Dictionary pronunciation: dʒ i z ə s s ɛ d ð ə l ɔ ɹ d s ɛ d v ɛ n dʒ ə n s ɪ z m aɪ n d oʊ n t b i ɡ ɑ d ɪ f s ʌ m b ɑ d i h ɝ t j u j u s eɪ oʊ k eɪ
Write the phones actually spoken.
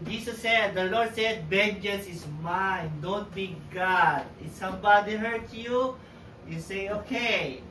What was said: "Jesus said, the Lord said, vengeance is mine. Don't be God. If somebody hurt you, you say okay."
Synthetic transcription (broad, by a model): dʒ i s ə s s ɛ d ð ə l ɔ ɹ d s ɛ d b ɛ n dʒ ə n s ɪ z m aɪ n d oʊ n t b i ɡ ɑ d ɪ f s ʌ m b ɑ d i h ɝ t j u j u s eɪ oʊ k eɪ